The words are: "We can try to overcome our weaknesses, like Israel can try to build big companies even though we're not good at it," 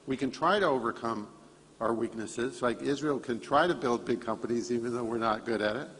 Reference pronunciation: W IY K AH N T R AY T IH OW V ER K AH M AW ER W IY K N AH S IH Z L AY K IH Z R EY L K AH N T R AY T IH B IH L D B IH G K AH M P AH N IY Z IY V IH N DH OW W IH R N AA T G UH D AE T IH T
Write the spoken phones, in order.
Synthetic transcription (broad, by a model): W IY K AH N T R AY T IH OW V ER K AH M AW ER W IY K N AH S IH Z L AY K IH Z R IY L K AH N T R AY T IH B IH L D B IH G K AH M P AH N IY Z IY V IH N DH OW W IH R N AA T G UH D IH T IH T